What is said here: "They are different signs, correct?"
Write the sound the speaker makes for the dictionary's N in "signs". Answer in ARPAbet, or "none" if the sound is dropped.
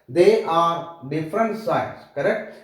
none